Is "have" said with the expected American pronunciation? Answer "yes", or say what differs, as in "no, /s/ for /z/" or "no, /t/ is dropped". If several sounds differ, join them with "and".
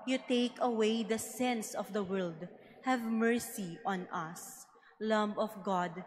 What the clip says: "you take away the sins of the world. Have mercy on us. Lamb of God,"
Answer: yes